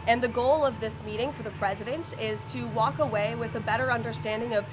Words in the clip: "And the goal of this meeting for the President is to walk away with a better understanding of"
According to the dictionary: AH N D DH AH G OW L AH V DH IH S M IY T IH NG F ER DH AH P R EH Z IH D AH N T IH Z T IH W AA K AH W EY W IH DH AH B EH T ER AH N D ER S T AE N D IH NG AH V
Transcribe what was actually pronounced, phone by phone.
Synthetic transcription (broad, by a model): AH N DH AH G OW L AH V DH IH S M IY T IH NG F ER DH AH P R EH Z IH D AH N T IH Z T IH W AA K AH W EY W IH DH AH B EH T ER AH N D ER S T AE N D IH NG AH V